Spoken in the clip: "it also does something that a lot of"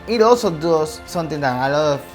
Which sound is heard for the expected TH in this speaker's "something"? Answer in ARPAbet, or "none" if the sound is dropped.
T